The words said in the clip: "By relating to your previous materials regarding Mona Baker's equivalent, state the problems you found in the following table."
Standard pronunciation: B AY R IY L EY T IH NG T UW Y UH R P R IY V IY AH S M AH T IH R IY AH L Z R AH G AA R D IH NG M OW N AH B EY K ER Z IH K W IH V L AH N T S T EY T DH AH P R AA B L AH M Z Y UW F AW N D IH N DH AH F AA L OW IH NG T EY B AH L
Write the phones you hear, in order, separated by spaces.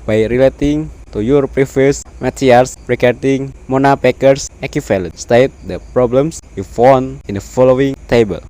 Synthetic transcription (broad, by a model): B AY R IY L EY T IH NG T UW Y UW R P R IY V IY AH S M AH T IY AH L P R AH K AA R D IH NG M OW N AH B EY K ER S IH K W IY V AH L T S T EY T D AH P R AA B L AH M S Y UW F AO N IH N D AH F AA L OW IH NG T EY B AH L